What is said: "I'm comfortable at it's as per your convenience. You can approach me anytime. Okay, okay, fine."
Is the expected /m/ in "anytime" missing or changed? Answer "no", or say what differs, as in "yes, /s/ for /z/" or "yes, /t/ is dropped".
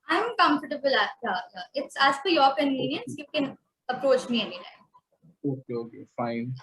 yes, /m/ is dropped